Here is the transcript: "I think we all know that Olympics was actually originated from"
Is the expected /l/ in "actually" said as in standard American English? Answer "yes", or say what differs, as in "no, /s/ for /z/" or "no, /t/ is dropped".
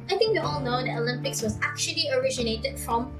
yes